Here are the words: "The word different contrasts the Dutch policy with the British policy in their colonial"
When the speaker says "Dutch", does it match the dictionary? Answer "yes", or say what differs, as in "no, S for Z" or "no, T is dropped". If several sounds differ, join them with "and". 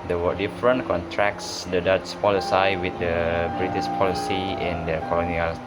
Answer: no, S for CH